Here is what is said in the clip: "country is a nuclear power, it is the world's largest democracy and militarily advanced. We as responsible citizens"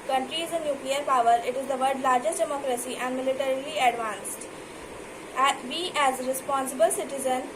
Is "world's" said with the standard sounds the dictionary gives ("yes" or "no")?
no